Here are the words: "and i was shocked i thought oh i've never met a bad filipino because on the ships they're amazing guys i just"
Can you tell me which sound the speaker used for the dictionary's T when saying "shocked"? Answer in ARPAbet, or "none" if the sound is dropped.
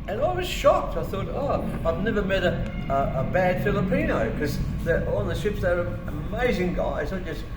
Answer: T